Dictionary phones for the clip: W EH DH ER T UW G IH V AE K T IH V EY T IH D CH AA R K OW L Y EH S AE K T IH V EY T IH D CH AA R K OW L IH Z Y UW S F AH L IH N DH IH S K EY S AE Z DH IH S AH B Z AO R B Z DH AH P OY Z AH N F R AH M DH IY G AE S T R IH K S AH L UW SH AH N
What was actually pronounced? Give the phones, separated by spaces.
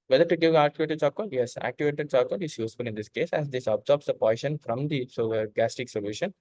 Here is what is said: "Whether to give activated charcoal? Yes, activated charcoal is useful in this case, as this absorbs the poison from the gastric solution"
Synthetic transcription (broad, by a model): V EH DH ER T UW G IH V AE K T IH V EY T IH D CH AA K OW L Y EH S AE K T IH V EY T IH D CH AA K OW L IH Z Y UW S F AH L IH N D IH S K EY S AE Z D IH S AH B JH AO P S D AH P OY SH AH N F R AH M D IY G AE S T IH K S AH L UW SH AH N